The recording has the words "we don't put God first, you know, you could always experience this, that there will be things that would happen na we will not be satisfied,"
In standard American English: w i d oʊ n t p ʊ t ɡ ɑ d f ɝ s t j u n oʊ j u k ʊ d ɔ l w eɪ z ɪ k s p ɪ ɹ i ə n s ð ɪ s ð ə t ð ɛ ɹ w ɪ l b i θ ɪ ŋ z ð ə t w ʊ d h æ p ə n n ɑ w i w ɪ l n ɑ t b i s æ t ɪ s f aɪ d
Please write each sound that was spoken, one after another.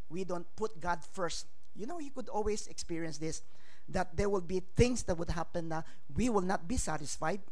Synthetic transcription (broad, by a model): w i d oʊ n t p ʊ t ɡ ɑ d f ɝ s t j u n oʊ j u k ʊ d ɔ l w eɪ s ɪ k s p ɪ ɹ i ə n s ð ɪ s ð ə t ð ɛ ɹ w ɪ l b i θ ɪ ŋ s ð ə t w ʊ d h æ p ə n n ɑ w i w ɪ l n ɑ t b i s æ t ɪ s f aɪ d